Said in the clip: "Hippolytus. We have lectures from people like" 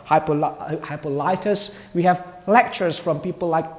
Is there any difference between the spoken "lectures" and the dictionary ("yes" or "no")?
no